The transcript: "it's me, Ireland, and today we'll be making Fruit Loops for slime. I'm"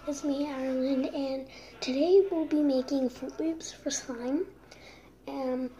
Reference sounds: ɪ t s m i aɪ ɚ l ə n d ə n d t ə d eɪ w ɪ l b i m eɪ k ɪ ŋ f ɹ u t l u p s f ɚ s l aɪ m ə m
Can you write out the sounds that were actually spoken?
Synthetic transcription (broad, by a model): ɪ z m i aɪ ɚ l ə n d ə n t ə d eɪ w ɪ l b i m eɪ k ɪ ŋ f u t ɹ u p s f ɚ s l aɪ ə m